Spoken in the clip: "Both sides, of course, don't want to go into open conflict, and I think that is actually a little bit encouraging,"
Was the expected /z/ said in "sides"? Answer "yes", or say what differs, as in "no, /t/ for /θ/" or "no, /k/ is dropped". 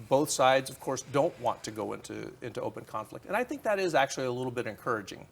yes